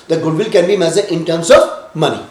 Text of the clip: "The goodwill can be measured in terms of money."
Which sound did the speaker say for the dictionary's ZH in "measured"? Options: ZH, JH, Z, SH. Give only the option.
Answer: Z